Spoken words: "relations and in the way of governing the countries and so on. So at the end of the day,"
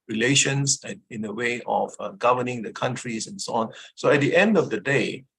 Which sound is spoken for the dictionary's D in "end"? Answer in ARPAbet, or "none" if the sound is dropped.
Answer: D